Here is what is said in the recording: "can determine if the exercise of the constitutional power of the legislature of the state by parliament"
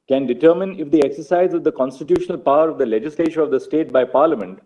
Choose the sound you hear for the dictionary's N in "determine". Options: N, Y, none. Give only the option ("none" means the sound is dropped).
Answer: N